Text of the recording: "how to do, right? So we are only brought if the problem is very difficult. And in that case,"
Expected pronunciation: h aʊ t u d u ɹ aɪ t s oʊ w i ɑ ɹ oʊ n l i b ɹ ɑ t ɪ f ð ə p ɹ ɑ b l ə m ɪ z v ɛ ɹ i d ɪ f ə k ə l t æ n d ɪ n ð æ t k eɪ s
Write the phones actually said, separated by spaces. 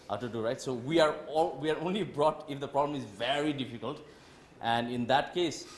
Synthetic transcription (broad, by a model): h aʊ t u d u ɹ aɪ t s oʊ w i ɑ ɹ oʊ n l i b ɹ ɑ t ɪ f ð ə p ɹ ɑ b l ə m ɪ z v ɛ ɹ i d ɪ f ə k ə l t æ n d ɪ n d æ t k eɪ s